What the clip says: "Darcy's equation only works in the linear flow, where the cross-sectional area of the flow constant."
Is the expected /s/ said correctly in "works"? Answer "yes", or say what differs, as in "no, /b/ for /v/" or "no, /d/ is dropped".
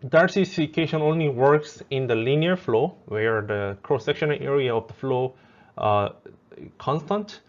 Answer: yes